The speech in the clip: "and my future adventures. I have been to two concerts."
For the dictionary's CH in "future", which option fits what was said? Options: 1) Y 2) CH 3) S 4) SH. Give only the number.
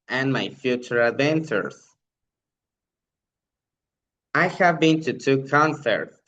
2